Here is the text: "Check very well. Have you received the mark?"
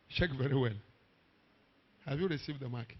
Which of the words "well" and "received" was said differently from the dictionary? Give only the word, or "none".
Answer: well